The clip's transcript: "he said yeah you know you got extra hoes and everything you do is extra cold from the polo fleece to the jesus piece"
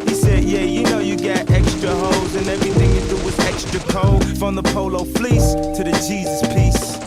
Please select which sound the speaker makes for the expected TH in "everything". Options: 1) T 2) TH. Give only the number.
2